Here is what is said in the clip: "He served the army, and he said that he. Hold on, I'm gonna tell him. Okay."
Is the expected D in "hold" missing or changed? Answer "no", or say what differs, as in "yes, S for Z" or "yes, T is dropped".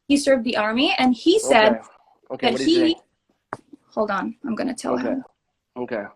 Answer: no